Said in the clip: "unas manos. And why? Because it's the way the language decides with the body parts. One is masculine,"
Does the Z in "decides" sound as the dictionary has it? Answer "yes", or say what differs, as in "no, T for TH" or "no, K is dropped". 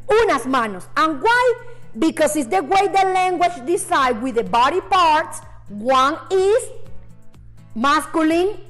no, Z is dropped